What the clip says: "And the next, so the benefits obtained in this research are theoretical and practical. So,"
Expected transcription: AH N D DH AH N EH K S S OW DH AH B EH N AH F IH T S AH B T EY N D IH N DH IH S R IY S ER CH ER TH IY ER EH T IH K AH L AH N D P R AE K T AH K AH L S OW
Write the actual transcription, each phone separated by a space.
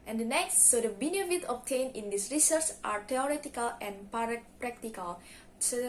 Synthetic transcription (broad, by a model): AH N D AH N EH K S S OW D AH B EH N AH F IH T AH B T EY N IH N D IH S R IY S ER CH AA T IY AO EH T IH K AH L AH N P P R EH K T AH K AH L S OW